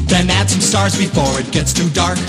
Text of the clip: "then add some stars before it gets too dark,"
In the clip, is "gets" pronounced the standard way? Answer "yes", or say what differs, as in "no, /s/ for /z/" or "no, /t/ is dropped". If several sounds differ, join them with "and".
yes